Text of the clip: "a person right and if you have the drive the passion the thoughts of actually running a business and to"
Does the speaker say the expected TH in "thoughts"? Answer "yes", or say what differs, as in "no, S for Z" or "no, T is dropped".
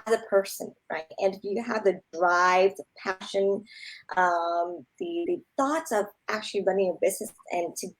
yes